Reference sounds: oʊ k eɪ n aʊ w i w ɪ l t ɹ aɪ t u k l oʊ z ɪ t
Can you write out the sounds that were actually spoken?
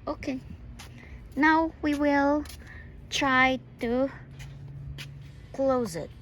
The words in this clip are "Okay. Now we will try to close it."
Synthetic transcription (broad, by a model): oʊ k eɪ n aʊ w i w ɪ l t ɹ aɪ t u k l oʊ z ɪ t